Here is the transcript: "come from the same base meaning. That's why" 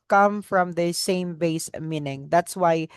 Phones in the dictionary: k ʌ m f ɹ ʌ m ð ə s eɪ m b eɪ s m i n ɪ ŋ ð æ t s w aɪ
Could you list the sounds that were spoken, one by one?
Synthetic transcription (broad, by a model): k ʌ m f ɹ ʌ m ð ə s eɪ m b eɪ s m i n ɪ ŋ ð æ t s w aɪ